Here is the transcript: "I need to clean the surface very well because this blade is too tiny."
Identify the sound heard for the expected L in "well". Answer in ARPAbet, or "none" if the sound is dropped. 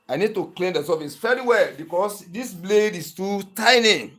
L